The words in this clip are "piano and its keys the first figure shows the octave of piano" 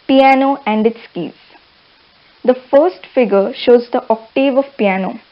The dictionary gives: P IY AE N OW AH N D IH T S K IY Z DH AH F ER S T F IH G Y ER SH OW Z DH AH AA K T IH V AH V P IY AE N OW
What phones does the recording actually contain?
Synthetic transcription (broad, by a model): P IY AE N OW AH N D IH T S K IY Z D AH F ER S T F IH G ER SH OW Z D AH AA K T IH V AH V P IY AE N OW